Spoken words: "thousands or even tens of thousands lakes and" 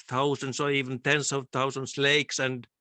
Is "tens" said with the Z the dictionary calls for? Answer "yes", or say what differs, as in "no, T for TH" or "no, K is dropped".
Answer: no, S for Z